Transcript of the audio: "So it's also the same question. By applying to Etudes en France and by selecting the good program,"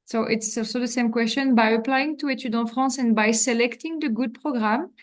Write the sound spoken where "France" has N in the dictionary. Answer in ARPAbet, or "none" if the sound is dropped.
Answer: none